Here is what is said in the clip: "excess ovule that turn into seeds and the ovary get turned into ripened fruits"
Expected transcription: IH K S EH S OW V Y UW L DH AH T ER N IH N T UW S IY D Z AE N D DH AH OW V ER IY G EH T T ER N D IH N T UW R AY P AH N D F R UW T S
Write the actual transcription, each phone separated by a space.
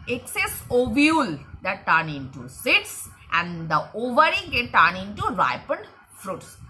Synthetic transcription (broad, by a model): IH K S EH S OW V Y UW L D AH T ER N IH N T UW S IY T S AE N D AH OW V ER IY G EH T T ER N IH N T UW R AY P AH N D F R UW T S